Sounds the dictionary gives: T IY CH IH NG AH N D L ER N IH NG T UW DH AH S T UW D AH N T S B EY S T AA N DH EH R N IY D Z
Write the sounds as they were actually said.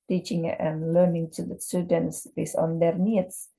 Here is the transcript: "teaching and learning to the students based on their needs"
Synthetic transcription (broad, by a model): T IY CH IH NG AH N L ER N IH NG T UW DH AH S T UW D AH N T S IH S AA N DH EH R N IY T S